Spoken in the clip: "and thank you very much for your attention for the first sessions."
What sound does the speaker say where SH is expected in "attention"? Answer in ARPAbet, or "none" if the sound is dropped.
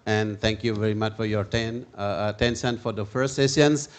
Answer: S